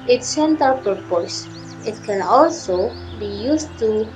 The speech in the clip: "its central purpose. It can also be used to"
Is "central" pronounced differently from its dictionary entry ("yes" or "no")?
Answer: yes